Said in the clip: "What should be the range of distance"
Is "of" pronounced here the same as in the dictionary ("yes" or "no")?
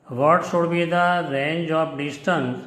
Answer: no